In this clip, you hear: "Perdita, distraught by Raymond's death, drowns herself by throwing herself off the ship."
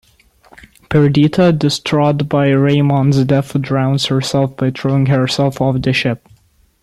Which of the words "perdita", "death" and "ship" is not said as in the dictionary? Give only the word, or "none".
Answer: death